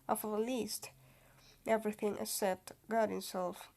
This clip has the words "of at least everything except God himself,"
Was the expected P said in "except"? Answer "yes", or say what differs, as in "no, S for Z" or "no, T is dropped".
no, P is dropped